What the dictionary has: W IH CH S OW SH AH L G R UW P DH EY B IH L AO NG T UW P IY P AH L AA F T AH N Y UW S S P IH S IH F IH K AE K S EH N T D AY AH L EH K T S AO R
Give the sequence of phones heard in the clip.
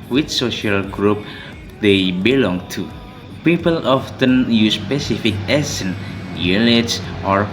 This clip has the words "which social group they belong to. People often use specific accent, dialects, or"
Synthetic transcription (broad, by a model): W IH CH S OW SH AH L G R UW P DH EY B IH L AO NG T UW P IY P AH L AA F T AH N Y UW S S P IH S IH F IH K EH S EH N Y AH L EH T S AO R